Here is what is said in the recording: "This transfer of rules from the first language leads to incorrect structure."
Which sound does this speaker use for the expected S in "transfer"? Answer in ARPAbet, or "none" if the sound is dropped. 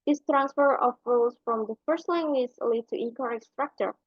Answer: S